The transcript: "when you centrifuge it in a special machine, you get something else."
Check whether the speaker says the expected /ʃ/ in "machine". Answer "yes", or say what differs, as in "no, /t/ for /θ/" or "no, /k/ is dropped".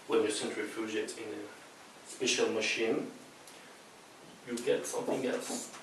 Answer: yes